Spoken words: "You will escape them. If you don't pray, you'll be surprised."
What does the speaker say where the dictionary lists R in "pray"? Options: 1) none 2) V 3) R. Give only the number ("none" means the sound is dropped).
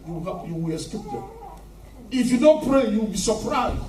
3